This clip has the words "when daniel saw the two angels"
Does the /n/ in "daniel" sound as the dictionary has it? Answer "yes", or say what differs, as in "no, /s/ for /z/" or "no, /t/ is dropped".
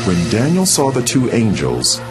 yes